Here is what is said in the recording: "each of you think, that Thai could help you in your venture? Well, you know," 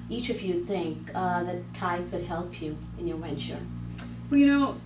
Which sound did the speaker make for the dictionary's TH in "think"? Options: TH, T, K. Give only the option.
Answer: TH